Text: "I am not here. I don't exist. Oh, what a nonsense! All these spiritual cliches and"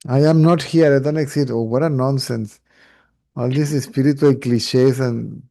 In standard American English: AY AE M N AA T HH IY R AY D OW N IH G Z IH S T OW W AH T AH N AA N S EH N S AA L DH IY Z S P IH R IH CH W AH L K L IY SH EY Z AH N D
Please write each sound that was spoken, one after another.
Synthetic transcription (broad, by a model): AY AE M N AA T HH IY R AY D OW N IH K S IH T OW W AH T AH N AA N S EH N S AA L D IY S S P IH R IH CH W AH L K L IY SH EY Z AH N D